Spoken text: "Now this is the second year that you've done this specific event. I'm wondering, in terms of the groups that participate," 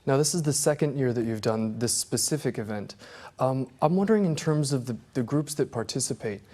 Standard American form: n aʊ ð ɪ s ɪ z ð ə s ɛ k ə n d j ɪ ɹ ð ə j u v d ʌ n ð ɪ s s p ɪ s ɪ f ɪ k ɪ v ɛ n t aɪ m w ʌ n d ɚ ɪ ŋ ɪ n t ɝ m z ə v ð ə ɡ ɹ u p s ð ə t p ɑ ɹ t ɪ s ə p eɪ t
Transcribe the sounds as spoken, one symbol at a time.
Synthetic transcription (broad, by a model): n aʊ ð ɪ s ɪ z ð ə s ɛ k ə n d j ɪ ɹ ð ə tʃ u v d ʌ n ð ɪ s s p ɪ s ɪ f ɪ k ɪ v ɛ n t aɪ m w ʌ n d ɚ ɪ ŋ ɪ n t ɝ m z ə v ð ə ɡ ɹ u p s ð ə t p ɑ ɹ t ɪ s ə p eɪ t